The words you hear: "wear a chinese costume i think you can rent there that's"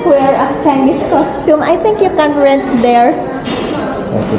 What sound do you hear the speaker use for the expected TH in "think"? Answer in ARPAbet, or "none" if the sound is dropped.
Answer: T